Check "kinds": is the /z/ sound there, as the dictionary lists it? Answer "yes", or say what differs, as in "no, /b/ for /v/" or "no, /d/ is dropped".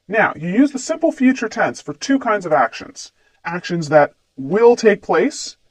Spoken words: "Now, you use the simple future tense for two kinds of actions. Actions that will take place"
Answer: yes